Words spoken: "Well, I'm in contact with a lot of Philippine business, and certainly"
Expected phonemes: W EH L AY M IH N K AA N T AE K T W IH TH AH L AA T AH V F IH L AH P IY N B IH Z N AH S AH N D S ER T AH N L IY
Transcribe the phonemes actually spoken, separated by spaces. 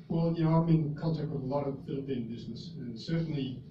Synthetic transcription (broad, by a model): W EH L AY M IH N K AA L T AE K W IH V AH L AA T AH V F IH L AH P IY N B IH Z N AH S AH N S ER T N L IY